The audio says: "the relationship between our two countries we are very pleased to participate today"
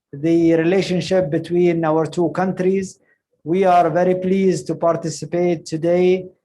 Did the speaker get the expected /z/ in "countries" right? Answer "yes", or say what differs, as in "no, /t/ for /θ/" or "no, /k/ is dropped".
yes